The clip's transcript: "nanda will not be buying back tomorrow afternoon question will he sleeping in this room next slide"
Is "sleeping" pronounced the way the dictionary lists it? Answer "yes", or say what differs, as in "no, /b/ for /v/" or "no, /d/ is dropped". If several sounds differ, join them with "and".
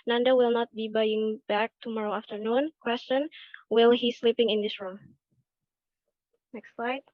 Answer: yes